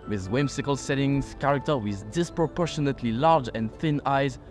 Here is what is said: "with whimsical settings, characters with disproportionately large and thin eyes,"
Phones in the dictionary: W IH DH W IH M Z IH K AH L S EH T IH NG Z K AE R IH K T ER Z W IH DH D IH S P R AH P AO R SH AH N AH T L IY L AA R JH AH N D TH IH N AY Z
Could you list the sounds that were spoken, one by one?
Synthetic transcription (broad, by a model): W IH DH W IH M S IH K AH L S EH T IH NG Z K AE R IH K T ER W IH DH D IH S P R AH P AO R SH AH N AH T L IY L AA R JH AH N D TH IH N AY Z